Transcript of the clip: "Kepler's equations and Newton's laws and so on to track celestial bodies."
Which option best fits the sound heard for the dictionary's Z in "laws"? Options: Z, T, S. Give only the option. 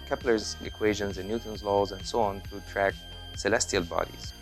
Z